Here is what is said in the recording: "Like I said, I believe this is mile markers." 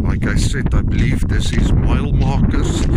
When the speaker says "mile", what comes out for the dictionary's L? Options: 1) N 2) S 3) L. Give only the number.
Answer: 3